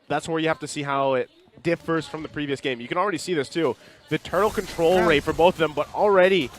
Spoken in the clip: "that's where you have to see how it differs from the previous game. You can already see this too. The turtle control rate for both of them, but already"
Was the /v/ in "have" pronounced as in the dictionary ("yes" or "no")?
no